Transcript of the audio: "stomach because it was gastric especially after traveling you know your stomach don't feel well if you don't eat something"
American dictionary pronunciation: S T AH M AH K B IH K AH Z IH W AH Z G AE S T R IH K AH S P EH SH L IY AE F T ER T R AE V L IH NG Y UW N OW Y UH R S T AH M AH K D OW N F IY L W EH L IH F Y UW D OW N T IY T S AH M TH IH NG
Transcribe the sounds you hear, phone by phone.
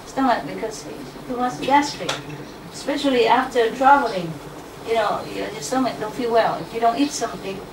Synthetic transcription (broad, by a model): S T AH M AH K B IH K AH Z IH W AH S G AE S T IH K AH S P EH SH L IY AE F T ER T R AE V L IH NG Y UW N OW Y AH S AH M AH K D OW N F IY L W EH L IH F Y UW D OW N T IY T S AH M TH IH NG